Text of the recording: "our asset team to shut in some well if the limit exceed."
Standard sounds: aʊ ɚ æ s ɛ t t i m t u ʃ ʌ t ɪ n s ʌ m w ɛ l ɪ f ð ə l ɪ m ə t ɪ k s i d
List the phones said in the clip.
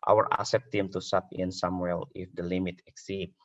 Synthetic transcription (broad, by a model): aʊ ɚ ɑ s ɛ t t i m t u s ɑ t ɪ n s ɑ m w ɛ l ɪ f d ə l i m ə t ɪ k s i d